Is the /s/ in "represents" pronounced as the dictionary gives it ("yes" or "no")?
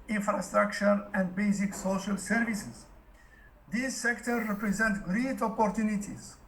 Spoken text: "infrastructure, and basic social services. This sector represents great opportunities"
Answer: no